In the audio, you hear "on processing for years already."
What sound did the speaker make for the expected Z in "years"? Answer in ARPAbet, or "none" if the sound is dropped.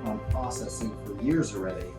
Z